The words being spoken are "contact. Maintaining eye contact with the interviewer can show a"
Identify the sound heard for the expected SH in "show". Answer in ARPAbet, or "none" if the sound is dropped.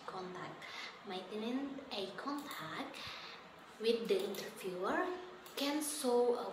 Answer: S